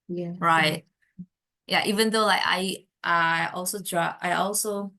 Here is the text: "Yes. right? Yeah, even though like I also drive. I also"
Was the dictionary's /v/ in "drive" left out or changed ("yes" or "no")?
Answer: yes